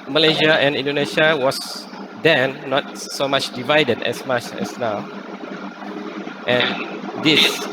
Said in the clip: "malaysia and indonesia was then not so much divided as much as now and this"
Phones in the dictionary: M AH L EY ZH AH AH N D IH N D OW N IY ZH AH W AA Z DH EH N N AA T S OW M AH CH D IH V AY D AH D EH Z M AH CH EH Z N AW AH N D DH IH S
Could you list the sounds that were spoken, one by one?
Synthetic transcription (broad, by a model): M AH L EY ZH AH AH N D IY N D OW N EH SH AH W AA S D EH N N AA T S OW M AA CH D IH V AY D AH D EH S M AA CH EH S N AW AH N D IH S